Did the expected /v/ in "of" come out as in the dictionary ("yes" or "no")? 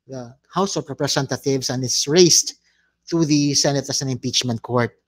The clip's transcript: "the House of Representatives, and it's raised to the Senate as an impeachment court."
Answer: no